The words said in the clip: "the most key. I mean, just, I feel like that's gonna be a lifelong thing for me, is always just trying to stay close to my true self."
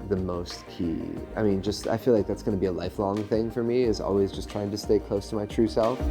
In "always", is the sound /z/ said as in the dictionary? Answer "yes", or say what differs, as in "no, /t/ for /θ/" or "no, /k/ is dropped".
yes